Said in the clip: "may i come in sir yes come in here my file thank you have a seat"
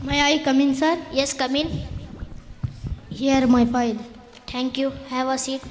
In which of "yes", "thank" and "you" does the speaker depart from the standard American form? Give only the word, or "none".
thank